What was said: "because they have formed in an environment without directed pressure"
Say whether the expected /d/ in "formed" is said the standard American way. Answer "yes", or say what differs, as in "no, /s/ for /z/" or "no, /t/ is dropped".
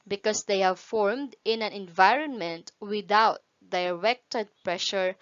yes